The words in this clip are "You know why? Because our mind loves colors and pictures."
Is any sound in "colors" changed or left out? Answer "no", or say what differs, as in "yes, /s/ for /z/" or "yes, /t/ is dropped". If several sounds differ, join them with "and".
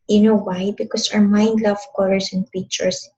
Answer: yes, /s/ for /z/